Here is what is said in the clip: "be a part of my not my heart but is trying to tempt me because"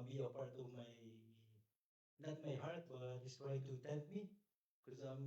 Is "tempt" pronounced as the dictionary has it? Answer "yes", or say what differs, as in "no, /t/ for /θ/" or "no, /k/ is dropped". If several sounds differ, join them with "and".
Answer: no, /m/ is dropped